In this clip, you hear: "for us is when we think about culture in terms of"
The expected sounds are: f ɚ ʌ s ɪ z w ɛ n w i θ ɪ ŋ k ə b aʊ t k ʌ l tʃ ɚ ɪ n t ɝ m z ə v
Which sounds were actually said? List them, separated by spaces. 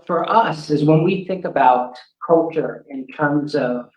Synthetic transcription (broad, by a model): f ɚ ʌ s ɪ z w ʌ n w i θ ɪ ŋ k ə b aʊ t k ʌ l tʃ ɚ ɪ n t ɝ m z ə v